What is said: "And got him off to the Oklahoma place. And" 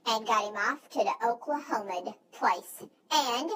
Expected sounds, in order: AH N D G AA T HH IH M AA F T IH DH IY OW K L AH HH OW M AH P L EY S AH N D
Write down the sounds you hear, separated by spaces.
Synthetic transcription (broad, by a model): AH N G AA T HH IH M AA F T IH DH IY OW K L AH HH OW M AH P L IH S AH N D